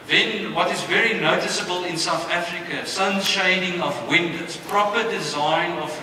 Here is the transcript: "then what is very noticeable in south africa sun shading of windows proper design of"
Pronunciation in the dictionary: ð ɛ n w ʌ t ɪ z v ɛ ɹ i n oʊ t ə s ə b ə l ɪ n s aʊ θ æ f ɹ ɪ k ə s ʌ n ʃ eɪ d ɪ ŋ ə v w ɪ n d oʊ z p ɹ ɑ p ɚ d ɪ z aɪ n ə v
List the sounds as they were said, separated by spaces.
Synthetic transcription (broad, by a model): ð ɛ n w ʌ t ɪ z v ɛ ɹ i n oʊ t ə s ə b ə l ɪ n s aʊ θ æ f ɹ ɪ k ə s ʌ n ʃ eɪ d ɪ ŋ ə v w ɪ n d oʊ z p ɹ ɑ p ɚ d ɪ z aɪ n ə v